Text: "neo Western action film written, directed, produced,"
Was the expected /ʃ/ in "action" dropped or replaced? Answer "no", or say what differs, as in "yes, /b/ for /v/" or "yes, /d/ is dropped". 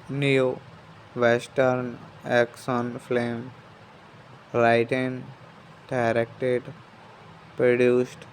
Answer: yes, /s/ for /ʃ/